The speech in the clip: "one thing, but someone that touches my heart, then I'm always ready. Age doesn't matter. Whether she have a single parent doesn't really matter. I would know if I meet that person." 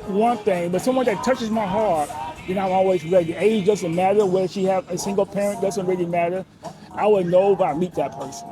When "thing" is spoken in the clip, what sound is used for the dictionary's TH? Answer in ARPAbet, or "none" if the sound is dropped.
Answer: TH